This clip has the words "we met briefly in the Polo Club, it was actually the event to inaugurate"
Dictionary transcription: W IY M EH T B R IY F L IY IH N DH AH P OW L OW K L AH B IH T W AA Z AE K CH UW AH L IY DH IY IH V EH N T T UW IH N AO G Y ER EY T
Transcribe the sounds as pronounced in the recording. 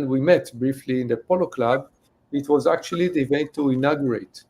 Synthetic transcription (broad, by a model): W IY M EH T B R IY F L IY IH N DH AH P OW L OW K L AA B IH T W AA Z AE K CH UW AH L IY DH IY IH V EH N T T UW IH N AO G Y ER EY T